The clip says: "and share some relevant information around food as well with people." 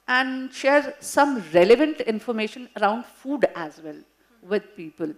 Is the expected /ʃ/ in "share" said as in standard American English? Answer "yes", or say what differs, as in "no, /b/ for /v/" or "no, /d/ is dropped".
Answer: yes